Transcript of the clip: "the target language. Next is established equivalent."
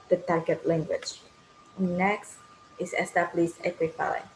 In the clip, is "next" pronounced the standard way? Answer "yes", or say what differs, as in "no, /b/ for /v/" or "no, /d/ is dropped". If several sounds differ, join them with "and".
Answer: yes